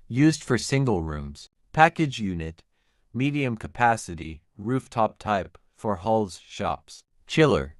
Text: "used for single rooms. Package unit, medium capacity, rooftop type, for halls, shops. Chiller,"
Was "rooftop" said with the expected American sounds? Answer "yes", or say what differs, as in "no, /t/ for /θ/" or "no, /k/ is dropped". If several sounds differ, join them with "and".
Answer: yes